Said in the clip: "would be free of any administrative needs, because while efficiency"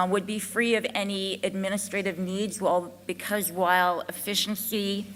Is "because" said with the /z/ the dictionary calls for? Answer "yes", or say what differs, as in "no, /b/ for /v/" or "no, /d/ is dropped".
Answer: yes